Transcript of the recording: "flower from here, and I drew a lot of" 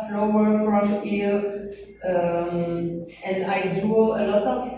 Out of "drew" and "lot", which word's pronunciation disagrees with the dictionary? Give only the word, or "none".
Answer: drew